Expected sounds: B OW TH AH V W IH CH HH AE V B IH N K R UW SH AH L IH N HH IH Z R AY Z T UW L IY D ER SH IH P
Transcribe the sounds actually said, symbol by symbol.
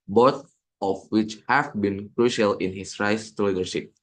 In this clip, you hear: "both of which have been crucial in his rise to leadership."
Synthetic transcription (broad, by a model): B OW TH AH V W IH CH HH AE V B IH N K R UW SH AH L IH N HH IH S R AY S T UW L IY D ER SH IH P